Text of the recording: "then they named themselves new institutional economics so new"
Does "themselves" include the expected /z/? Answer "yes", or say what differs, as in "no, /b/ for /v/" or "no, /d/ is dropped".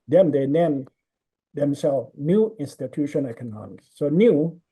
no, /z/ is dropped